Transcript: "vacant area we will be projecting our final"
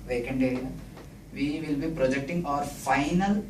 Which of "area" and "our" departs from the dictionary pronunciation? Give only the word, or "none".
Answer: none